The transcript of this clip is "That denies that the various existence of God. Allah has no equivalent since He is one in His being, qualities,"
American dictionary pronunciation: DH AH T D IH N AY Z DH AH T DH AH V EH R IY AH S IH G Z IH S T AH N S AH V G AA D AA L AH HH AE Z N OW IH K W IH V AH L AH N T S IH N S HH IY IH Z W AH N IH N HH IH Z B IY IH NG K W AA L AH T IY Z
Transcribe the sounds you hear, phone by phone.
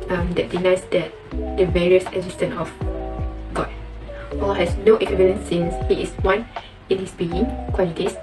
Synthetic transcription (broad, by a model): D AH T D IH N AY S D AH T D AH V EH R IY AH S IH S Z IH S T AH N AH F G AA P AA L HH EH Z N OW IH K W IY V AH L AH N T S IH N S HH IY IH S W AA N IH N HH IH S B IY IH NG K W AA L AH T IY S